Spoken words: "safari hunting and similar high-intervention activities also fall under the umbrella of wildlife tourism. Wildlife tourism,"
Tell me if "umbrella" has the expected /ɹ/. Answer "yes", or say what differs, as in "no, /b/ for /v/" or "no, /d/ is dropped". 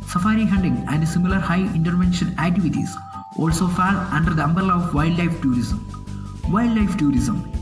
no, /ɹ/ is dropped